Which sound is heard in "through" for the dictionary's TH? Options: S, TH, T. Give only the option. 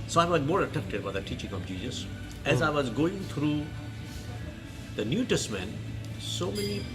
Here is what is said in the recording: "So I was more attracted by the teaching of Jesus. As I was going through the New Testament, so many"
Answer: T